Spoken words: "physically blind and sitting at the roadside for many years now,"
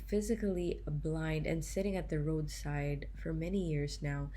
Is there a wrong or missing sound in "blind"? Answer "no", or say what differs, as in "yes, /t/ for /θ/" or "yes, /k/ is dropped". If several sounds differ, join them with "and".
no